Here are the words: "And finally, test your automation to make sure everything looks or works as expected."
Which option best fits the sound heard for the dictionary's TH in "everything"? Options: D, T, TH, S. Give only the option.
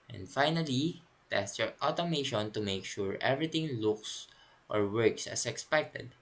T